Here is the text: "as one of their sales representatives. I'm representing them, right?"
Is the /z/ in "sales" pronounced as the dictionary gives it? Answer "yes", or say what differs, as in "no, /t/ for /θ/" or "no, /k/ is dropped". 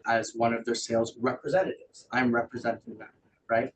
yes